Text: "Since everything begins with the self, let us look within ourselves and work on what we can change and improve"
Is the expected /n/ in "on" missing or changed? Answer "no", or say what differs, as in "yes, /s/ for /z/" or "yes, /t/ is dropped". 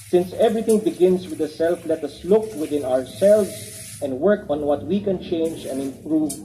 no